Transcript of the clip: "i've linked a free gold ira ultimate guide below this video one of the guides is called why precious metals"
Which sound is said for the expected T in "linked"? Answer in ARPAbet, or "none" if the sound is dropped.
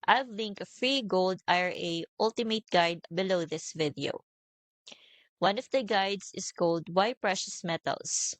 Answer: none